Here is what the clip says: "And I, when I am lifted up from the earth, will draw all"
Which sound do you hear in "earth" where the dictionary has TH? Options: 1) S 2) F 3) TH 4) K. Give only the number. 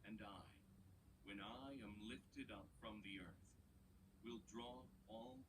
3